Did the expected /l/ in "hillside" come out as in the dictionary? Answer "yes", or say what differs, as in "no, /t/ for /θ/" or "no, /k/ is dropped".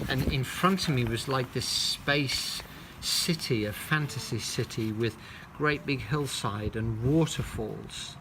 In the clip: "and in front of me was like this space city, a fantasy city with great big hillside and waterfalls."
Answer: yes